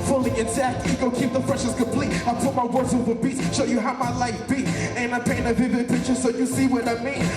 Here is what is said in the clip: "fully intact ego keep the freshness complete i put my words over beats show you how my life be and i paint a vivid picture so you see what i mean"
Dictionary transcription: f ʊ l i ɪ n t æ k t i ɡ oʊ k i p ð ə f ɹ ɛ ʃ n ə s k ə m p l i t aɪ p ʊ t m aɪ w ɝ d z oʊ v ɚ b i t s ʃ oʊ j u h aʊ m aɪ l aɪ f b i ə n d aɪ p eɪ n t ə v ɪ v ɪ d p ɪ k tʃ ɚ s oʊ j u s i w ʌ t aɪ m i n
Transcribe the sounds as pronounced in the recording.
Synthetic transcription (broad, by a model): f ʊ l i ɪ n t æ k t i ɡ oʊ k i p ð ə f ɹ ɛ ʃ ə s k ə m p l i t aɪ p ʊ t m aɪ w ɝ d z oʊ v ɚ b i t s ʃ oʊ j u h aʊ m aɪ l aɪ f b i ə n aɪ p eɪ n ə v ɪ v ɪ d p ɪ k tʃ ɚ s oʊ j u s i w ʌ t aɪ m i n